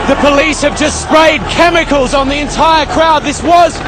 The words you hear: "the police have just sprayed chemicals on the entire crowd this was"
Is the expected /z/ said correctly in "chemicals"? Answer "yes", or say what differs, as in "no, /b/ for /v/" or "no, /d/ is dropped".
yes